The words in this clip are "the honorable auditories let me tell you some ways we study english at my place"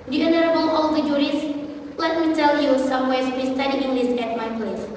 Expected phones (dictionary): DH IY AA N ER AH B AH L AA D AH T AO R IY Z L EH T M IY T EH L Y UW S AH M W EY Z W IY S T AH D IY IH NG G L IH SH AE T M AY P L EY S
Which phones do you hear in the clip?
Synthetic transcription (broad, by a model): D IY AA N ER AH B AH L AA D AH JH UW R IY S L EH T M IY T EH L Y UW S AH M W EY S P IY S T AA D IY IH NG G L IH S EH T M AY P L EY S